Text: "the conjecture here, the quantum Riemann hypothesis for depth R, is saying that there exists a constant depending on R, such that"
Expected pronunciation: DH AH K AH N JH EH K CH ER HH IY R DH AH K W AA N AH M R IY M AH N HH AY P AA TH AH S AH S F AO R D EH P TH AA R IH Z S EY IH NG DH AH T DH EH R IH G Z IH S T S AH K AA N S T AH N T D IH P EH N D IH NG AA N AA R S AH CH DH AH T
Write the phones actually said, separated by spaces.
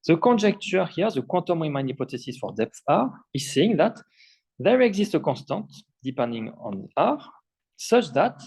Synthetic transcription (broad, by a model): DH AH K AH N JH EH K CH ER HH IY R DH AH K W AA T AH M R IY M AH N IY P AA T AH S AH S F AO R D EH P TH AA R IH Z S EY IH NG DH AH T DH EH R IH G Z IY S T AH K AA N S T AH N T D IH P EH N D IH NG AA N AA R S AH CH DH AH T